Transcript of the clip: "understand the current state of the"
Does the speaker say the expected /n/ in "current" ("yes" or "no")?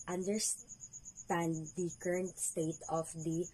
yes